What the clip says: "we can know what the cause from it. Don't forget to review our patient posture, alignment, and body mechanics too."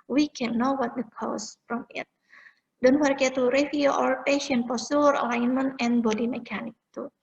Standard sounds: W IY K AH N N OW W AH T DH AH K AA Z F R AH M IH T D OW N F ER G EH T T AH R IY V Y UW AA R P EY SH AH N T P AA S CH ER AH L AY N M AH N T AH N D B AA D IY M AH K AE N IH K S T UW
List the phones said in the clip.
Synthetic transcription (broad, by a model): W IY K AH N N OW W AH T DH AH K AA S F R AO M IH T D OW N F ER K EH T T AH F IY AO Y AA R P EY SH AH N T P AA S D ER AH L AY N M AH N T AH N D B AA D IY M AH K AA N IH K T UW